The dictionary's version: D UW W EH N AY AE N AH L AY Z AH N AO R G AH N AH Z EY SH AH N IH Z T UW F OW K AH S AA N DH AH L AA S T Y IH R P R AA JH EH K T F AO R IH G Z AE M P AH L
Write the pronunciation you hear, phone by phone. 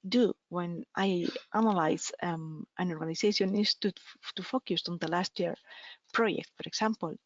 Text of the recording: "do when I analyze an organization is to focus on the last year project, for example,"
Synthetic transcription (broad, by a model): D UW W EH N AY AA N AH L AY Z AH N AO R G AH N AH S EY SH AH N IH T T UW F OW K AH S AA N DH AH L AA S T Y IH R P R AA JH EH K T F AO R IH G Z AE M P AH L